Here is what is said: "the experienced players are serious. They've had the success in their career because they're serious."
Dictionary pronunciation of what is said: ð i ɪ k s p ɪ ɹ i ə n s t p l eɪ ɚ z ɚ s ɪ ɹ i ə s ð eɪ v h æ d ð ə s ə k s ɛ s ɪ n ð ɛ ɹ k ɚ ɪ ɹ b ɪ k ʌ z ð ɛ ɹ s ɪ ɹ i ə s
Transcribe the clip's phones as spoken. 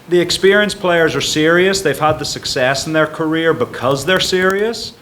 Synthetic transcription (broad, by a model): ð i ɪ k s p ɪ ɹ i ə n s p l eɪ ɚ z ɚ s ɪ ɹ i ə s ð eɪ v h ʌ d ð ə s ə k s ɛ s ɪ n ð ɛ ɹ k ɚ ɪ ɹ b ɪ k ʌ z ð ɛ ɹ s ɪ ɹ i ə s